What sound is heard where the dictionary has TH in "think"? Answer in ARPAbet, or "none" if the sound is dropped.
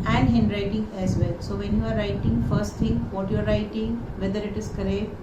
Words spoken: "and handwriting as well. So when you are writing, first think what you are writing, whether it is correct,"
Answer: T